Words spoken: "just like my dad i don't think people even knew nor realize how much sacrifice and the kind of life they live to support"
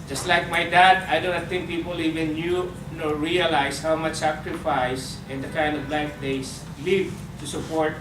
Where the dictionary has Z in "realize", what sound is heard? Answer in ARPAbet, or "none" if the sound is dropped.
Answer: S